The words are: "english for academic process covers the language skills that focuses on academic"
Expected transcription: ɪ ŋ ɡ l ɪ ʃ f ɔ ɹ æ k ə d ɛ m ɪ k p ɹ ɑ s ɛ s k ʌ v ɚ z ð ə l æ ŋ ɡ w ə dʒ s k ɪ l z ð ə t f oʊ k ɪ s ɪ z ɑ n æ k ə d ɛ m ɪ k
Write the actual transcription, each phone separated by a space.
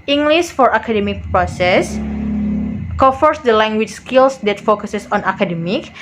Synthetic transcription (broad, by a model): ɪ ŋ ɡ l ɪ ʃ f ɔ ɹ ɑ k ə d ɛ m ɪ k p ɹ ɑ s ɛ s k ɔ f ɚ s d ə l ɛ ŋ ɡ w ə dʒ s k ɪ l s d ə t f oʊ k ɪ s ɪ s ɑ n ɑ k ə d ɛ m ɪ k